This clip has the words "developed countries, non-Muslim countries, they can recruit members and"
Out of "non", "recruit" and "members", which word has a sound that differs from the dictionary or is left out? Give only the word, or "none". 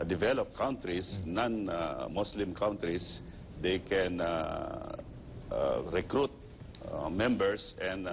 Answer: members